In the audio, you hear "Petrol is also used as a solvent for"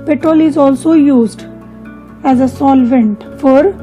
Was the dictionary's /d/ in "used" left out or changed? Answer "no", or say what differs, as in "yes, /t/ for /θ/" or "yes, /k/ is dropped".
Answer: no